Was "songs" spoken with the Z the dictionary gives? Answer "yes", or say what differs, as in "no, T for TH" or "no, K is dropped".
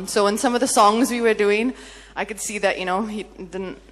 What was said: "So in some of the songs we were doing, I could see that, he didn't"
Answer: yes